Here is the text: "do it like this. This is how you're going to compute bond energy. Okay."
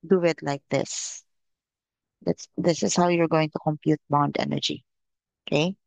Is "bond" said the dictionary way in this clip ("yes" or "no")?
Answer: yes